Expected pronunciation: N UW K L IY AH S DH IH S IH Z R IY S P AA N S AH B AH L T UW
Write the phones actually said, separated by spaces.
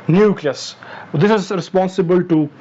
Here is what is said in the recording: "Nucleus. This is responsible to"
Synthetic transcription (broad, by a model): N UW K L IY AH S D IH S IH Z R IY S P AA N S AH B AH L T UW